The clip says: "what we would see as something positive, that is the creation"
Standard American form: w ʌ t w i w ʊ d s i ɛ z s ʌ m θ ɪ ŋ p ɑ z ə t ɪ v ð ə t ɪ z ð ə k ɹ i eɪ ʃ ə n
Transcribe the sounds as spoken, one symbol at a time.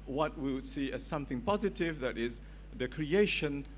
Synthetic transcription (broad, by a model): w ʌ t w i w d s i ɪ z s ʌ m θ ɪ ŋ p ɑ z ə t ɪ v ð ə t ɪ z ð ə k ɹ i eɪ ʃ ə n